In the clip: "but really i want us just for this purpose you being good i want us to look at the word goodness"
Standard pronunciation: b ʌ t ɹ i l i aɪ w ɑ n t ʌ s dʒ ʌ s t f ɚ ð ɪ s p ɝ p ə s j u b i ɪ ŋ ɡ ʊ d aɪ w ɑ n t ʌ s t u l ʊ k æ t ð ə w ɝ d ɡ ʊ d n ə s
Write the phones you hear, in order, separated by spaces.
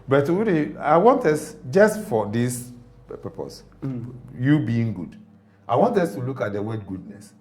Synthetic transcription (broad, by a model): b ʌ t w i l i aɪ w ɑ n t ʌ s dʒ ʌ s t f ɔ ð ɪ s p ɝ p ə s j u b i ɪ ŋ ɡ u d aɪ w ɑ n t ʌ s t u l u k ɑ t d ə w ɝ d ɡ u d n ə s